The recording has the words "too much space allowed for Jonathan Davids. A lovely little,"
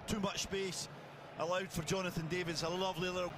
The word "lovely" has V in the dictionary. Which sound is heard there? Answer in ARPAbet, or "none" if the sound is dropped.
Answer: V